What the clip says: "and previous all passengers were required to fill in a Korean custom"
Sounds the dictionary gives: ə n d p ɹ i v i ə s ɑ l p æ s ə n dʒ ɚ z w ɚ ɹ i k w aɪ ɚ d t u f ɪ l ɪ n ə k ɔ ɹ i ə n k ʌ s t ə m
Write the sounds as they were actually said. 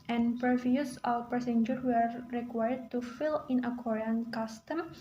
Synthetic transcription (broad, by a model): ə n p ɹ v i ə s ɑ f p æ s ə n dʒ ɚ w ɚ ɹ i k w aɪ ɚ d t u f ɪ l ɪ n ə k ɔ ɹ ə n k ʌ s t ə m